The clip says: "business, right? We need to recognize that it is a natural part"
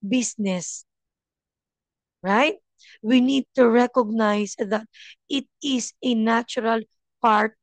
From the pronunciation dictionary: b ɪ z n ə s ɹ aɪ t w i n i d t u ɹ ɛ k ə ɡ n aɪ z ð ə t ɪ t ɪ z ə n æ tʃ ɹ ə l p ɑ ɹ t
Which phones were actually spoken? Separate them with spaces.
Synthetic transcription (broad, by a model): b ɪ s n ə s ɹ aɪ t w i n i d t u ɹ ɛ k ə ɡ n aɪ s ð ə t ɪ t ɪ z ə n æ tʃ ɹ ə l p ɑ ɹ t